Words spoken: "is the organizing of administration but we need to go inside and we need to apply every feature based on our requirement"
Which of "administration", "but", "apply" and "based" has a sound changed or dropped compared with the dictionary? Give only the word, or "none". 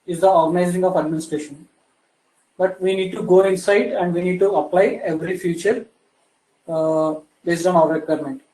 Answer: none